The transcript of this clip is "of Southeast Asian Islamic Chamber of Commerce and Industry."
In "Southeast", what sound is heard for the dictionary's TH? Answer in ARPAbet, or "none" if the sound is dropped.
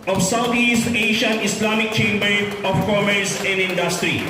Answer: T